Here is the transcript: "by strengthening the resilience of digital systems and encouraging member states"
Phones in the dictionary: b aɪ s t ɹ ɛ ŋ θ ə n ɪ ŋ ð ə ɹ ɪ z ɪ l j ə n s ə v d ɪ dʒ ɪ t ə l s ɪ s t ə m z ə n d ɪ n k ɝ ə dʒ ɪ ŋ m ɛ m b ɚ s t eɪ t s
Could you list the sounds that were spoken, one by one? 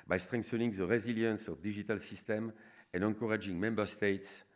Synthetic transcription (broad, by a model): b aɪ s t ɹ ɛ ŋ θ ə n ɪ ŋ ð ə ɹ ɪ z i l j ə n s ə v d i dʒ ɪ t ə l s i s t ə m ə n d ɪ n k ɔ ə dʒ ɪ ŋ m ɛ m b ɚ s t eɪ t s